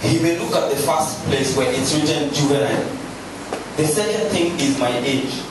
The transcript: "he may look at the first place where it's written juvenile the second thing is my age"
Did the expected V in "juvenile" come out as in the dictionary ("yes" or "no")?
no